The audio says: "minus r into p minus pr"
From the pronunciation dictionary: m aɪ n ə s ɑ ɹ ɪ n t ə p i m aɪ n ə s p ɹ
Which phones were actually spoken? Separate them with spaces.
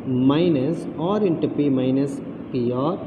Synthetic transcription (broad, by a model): m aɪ n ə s ɑ ɹ ɪ n t ə p i m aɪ n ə s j ɹ